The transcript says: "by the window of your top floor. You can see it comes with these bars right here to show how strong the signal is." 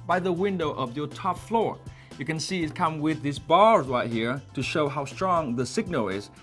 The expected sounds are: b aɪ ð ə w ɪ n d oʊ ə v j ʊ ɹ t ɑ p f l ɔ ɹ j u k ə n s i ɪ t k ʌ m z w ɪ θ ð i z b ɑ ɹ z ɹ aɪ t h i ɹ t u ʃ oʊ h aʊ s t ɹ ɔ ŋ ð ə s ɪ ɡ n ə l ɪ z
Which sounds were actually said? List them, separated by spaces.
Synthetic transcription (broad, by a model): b aɪ ð ə w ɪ n d oʊ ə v j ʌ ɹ t ɑ p f l ɔ ɹ j u k ə n s i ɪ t k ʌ m w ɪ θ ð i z b ɑ ɹ z ɹ aɪ t h i ɹ t u ʃ oʊ h aʊ s t ɹ ɔ ŋ ð ə s ɪ ɡ n ə l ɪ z